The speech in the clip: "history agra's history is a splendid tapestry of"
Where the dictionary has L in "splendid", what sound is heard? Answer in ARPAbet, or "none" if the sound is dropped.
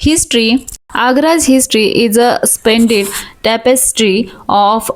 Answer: none